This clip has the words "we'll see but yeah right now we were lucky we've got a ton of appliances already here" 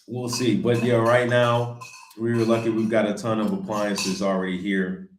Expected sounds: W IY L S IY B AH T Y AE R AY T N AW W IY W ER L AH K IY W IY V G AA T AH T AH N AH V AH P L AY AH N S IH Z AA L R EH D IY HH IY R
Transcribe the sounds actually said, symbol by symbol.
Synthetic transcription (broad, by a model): W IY L S IY B AH T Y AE R AY T N AW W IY L AH K IY W IY V G AA T AH T AH N AH V AH P L AY AH N S IH Z L R EH D IY HH IY R